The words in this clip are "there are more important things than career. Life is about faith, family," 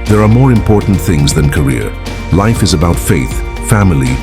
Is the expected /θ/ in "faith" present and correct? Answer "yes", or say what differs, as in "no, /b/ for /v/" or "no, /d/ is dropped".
yes